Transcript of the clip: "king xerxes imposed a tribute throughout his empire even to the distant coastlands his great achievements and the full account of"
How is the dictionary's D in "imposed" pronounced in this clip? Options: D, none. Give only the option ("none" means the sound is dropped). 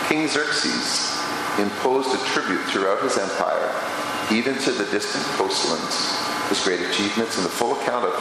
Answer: D